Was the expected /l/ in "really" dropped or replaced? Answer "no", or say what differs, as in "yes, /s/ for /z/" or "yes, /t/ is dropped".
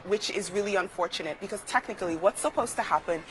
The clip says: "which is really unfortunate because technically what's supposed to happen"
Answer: no